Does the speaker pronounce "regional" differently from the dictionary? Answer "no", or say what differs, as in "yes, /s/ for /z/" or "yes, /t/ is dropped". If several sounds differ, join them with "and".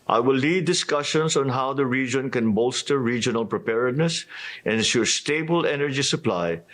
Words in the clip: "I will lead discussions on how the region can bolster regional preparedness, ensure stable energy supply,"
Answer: no